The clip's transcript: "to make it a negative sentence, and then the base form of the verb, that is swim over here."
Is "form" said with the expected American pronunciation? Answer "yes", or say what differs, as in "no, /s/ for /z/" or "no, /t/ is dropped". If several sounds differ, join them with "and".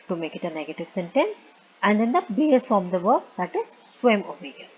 no, /m/ is dropped